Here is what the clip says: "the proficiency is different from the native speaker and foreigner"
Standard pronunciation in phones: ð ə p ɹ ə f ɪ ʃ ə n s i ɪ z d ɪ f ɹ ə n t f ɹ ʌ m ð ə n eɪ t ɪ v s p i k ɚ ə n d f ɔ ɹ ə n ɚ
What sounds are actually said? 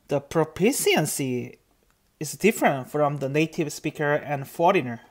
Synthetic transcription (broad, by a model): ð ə p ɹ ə p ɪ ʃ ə n s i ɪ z d ɪ f ɹ ə n t f ɹ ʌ m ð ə n eɪ t ɪ v s p i k ɚ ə n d f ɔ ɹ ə n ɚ